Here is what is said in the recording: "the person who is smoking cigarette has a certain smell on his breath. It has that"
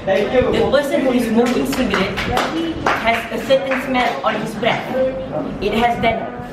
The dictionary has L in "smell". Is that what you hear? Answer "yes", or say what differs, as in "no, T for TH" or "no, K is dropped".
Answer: no, N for L